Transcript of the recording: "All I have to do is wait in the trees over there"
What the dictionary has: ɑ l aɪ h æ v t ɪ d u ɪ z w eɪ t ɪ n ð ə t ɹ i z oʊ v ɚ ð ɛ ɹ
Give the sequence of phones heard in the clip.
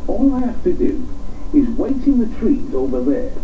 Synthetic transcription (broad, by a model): ɑ l aɪ h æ f t ɪ d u ɪ z w eɪ t ɪ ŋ ð ə t ɹ i z oʊ v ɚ ð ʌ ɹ